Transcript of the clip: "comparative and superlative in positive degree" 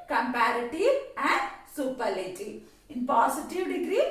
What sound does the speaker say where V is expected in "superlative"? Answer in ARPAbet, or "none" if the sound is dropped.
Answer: none